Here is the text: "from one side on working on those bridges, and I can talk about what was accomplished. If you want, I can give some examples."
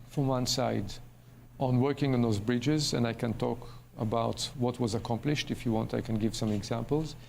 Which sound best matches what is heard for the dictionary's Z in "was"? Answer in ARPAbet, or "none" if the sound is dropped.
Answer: Z